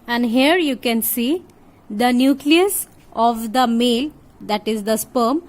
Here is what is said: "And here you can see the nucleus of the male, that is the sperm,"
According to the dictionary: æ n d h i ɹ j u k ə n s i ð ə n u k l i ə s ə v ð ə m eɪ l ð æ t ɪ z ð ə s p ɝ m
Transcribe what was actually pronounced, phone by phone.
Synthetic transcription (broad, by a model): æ n d h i ɹ j u k ə n s i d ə n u k l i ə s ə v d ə m eɪ l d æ t ɪ z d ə s p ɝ m